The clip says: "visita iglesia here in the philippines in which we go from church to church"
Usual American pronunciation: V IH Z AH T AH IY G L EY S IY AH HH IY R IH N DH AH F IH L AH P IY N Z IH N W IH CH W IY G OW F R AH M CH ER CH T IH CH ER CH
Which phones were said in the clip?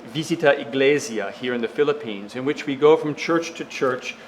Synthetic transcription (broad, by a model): V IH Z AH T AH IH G L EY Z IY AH HH IY R IH N DH AH F IH L AH P IY N Z IH N W IH CH W IY G OW F R AH M CH ER CH T IH CH ER CH